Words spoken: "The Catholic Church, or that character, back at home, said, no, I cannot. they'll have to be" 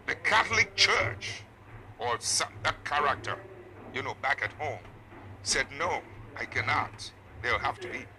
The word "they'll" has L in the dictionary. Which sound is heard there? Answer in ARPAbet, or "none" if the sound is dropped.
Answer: L